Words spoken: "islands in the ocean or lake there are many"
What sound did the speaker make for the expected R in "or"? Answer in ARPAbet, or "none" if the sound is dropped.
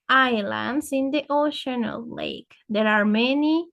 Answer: L